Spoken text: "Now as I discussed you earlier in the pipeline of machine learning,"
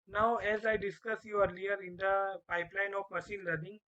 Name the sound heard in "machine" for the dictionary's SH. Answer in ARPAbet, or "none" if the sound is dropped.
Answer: S